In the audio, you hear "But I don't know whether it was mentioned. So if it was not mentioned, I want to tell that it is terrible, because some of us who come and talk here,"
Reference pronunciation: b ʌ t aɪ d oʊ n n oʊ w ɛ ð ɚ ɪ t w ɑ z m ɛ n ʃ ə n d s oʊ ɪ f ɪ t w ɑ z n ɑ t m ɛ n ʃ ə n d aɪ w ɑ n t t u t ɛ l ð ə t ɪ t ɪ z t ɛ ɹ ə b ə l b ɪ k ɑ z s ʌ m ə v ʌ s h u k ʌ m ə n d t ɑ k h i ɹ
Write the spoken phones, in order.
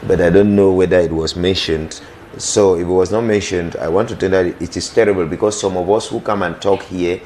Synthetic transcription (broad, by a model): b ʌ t aɪ d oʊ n n oʊ w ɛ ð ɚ ɪ t w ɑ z m ɛ n ʃ ə n d s oʊ ɪ f ɪ t w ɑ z n ɑ t m ɛ n ʃ ə n d aɪ w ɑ n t t u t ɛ n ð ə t ɪ t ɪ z t ɛ ɹ ə b ə l b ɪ k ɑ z s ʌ m ə v ʌ s h u k ʌ m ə n t ɑ k h i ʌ